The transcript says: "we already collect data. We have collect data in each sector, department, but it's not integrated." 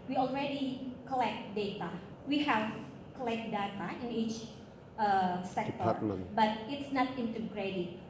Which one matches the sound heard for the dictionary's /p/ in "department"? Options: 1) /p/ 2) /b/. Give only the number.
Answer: 2